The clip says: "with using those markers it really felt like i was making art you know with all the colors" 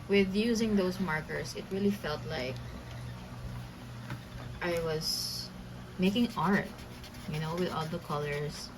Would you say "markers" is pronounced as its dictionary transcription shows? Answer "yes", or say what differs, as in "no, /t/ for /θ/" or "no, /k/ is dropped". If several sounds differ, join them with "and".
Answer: no, /s/ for /z/